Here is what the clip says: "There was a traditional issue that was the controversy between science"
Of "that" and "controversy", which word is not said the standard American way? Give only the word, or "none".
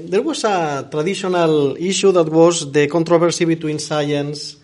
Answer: controversy